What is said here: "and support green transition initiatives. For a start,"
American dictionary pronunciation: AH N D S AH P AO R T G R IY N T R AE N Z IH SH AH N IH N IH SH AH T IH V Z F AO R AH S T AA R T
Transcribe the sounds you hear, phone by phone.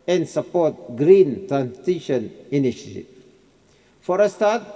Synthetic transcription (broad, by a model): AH N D S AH P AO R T G R IY N T R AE N S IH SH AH N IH N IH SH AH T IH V F AO R AH S T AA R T